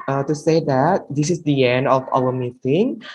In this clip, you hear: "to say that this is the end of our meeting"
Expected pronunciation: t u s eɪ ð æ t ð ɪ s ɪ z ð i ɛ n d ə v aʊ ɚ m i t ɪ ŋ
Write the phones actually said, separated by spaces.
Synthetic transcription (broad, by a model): t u s eɪ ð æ t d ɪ s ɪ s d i ɛ n d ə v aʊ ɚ m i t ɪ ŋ